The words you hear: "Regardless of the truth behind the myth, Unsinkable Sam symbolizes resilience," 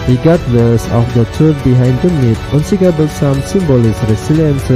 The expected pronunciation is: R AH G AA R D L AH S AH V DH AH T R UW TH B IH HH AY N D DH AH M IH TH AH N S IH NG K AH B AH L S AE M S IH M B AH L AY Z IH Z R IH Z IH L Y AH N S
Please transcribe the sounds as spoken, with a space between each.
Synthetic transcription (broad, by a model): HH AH G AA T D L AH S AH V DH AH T UW B IH HH AY N D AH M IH T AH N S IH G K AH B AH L S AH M S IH M B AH L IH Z R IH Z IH L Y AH N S